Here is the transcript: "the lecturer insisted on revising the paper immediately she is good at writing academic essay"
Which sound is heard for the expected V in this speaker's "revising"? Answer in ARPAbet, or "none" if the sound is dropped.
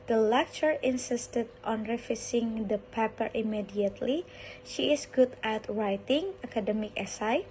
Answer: F